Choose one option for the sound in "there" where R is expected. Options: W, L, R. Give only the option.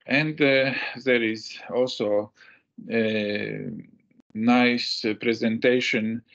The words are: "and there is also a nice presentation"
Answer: R